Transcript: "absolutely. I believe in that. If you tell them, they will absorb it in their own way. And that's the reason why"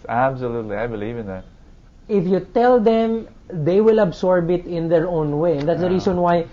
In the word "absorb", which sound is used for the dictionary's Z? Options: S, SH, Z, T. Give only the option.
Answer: S